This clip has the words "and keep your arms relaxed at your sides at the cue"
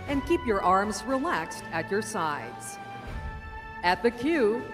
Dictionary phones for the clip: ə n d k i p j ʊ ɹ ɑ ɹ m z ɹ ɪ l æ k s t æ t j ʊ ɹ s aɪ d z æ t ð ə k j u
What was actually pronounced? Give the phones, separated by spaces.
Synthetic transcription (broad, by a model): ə n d k i p j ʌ ɹ ɑ ɹ m z ɹ ɪ l æ k s t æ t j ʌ ɹ s aɪ d z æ t ð ə k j u